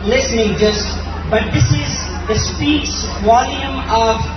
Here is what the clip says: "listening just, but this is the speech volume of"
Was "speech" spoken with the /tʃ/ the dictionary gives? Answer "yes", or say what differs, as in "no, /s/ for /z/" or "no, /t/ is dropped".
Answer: no, /s/ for /tʃ/